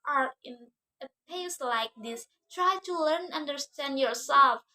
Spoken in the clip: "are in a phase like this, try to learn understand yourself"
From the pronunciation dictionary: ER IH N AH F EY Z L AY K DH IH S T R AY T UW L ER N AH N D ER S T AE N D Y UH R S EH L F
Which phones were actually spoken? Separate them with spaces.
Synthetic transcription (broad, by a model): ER IH N AH P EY S L AY K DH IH S T R AY T UW L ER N AH N D ER S T AE N D Y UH R S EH L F